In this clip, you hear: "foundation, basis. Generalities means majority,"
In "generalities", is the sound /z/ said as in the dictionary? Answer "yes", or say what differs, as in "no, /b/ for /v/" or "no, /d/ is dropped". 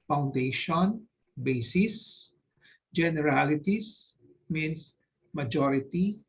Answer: no, /s/ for /z/